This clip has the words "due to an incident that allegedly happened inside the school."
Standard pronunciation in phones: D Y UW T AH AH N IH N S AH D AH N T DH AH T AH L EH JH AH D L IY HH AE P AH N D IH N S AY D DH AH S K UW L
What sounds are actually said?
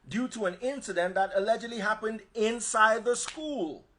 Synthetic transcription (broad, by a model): D Y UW T AH AH N IH N S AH D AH N DH AH T AH L EH JH AH D L IY HH AE P AH N D IH N S AY D DH AH S K UW L